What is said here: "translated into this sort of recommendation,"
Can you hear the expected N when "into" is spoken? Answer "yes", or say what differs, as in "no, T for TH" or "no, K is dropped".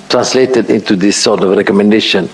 yes